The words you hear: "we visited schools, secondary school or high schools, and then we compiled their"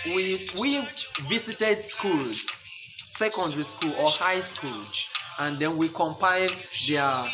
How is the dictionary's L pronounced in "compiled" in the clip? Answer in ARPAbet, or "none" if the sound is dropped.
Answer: none